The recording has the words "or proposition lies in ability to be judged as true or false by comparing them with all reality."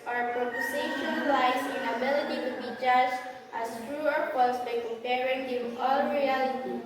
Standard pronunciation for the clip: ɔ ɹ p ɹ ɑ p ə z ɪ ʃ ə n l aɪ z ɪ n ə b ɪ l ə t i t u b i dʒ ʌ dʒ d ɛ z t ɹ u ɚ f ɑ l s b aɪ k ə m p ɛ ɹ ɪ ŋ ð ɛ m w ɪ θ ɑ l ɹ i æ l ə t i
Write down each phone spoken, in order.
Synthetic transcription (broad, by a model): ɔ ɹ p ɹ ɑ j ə s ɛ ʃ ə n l aɪ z ɪ n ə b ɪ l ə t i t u b i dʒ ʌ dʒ ɑ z t ɹ u ɚ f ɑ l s b aɪ k ə m p ɛ ɹ ɪ ŋ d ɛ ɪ ɑ l ɹ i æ l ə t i